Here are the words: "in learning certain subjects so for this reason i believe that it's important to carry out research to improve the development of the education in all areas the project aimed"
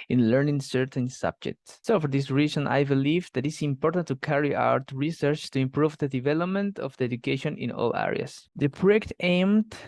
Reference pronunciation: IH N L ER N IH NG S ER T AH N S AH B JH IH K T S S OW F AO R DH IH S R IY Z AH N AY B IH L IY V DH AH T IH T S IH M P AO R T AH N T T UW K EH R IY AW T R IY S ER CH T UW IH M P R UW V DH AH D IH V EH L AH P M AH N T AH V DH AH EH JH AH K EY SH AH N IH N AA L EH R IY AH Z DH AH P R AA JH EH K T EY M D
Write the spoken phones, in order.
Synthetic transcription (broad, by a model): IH N L ER N IH NG S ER T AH N S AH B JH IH K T S S OW F AO R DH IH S R IY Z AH N AY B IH L IY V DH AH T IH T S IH M P AO R T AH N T T UW K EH R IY AW T R IY S ER CH T UW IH M P R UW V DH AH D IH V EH L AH P M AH N T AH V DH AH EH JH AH K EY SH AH N IH N AA L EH R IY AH S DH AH P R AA EH K T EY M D